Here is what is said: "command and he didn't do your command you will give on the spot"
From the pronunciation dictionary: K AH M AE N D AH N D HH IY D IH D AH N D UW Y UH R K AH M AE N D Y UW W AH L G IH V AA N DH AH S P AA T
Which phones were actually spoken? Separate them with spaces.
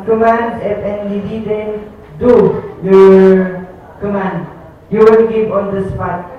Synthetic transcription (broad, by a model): K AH M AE N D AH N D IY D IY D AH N D UW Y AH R K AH M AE N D Y UW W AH N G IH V AA N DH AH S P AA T